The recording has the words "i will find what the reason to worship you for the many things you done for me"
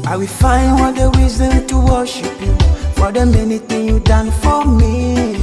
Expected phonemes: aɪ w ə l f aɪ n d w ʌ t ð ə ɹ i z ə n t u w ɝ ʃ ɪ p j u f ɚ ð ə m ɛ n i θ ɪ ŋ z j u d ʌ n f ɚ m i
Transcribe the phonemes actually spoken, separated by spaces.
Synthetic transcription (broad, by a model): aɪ w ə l f aɪ n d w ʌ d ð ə ɹ i z ə n t u w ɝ ʃ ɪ p j u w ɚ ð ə m ɛ n i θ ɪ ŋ j u d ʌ n f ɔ m i